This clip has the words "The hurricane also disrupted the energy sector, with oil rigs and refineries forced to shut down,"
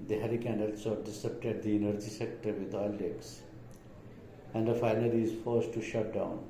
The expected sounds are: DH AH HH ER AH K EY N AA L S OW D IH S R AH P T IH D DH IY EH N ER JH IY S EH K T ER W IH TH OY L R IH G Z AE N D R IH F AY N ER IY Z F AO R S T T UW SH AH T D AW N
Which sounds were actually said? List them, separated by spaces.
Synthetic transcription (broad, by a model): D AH HH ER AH K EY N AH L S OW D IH S AH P T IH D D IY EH N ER JH IY S EH K T ER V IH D OY L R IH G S AE N D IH F AY N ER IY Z F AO R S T T UW SH AH T D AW N